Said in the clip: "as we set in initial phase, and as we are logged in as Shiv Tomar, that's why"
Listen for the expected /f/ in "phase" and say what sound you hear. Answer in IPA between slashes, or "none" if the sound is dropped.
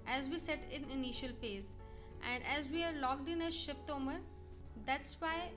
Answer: /p/